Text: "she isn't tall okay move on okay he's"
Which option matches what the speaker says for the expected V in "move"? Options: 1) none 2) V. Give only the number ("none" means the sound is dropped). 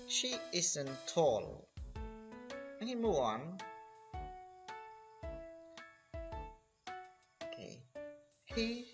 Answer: 1